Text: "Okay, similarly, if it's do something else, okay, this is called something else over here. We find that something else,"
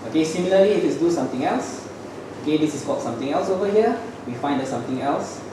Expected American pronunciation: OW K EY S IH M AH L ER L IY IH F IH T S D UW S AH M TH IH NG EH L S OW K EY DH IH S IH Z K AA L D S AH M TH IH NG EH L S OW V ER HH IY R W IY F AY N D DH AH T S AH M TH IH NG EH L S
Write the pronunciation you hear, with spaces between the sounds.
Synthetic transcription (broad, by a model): OW K EY S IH M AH L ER L IY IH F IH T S D UW S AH M T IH NG EH L S OW K EY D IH S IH S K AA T S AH M T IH NG EH L S OW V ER HH IY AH W IY F AY N D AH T S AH M T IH NG EH L S